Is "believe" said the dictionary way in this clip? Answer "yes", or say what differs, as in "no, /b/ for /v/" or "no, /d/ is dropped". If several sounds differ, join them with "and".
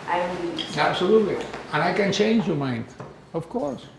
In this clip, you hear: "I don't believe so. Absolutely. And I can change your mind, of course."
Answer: no, /l/ is dropped